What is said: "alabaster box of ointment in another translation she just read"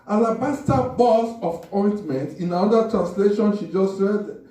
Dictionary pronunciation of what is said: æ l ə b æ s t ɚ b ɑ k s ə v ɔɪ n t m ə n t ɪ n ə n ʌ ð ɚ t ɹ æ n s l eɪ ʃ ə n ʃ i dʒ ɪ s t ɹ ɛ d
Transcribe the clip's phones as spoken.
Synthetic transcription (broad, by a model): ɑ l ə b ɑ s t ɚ b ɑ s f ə p ɔɪ n t m ə n t ɪ n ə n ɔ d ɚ t ɹ æ n s l eɪ ʃ ə n ʃ i dʒ ɪ s t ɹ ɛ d